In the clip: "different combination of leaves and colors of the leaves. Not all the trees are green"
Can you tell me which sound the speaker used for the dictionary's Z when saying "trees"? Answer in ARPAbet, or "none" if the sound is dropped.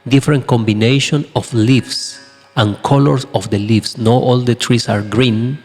S